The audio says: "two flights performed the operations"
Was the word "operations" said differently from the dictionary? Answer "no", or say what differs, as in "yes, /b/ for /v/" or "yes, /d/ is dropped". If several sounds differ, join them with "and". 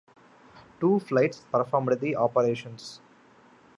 yes, /s/ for /z/